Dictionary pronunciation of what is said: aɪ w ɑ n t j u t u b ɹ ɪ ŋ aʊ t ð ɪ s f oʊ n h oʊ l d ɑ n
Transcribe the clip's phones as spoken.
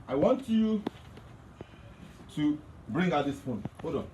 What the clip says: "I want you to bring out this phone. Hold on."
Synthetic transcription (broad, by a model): aɪ w ɑ n t j u t u b ɹ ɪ ŋ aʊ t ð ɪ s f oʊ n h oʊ d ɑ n